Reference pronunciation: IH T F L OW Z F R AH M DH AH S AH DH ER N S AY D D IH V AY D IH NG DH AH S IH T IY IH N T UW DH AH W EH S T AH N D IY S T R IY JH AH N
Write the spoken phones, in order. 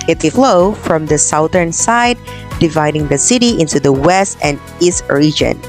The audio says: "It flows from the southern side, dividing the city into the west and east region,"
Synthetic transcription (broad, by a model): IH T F L OW F R AH M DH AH S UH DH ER N S AY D D IH V AY D IH NG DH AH S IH T IY IH N T UW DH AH W EH S T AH N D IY S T R IY JH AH N